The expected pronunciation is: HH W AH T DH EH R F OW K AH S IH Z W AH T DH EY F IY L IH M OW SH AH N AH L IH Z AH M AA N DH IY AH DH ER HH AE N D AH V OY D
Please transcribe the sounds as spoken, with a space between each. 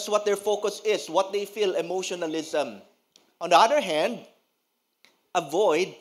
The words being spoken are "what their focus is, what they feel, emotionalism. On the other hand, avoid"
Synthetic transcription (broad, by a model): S W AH T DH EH R F OW K AH S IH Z W AH T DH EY F IY L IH M OW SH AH N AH L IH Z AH M AA N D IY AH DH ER HH AE N D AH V OY D